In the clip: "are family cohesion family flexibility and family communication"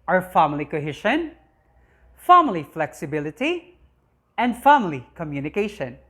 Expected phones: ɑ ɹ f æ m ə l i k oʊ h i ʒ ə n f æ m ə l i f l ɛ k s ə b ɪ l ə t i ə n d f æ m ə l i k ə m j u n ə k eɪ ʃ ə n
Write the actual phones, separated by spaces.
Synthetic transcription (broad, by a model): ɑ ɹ f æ m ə l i k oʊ h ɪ ʃ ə n f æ m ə l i f l ɛ k s ə b ɪ l ə t i ə n d f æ m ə l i k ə m j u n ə k eɪ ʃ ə n